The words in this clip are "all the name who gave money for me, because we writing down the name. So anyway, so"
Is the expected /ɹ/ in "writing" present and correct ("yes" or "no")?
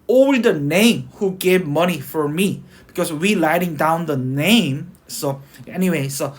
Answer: no